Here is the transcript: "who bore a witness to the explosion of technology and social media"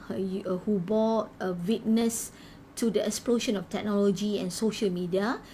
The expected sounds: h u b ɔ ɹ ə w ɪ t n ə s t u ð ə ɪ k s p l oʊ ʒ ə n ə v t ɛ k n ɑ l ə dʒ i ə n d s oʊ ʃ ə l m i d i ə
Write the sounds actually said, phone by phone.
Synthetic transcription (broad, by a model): h u b ɔ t ə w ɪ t n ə s t u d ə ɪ k s p l oʊ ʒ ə n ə f t ɛ k n ɑ l ə dʒ i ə n s oʊ ʃ ə l m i d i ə